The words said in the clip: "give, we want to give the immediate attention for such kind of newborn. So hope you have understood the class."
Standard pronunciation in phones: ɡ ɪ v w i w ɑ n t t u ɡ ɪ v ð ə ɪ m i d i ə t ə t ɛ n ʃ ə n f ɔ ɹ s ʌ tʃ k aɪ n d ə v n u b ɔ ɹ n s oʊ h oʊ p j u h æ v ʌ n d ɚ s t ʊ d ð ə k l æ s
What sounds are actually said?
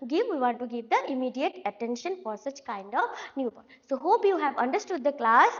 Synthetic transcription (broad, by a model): ɡ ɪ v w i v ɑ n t t u ɡ ɪ v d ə ɪ m i d i ə t ə t ɛ n ʃ ə n f ɔ ɹ s ʌ tʃ k aɪ n d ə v n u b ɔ s oʊ h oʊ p j u h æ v ʌ n d ɚ s t ʊ d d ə k l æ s